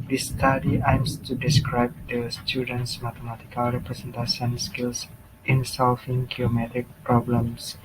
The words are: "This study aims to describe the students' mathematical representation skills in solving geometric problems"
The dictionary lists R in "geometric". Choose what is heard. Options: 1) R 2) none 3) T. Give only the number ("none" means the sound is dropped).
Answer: 2